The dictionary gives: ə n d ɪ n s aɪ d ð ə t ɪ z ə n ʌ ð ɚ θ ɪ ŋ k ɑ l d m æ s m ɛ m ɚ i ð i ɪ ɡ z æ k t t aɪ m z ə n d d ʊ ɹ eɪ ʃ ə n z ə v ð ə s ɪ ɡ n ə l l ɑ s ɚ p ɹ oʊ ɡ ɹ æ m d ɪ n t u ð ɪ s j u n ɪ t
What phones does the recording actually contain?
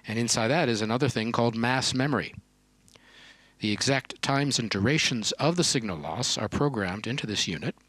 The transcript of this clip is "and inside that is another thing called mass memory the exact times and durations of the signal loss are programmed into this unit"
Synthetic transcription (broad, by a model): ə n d ɪ n s aɪ d ð ə t ɪ z ə n ʌ ð ɚ θ ɪ ŋ k ɑ l d m æ s m ɛ m ɚ i ð i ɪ ɡ z æ k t t aɪ m z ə n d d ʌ ɹ eɪ ʃ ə n z ə v ð ə s ɪ ɡ n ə l l ɑ s ɚ p ɹ oʊ ɡ ɹ æ m d ɪ n t u ð ɪ s j u n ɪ t